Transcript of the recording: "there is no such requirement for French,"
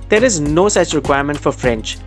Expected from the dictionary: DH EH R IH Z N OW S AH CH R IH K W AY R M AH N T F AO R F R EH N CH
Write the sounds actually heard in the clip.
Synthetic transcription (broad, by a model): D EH R IH Z N OW S AH CH R IH K W AY R M AH N T F AO R F R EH N CH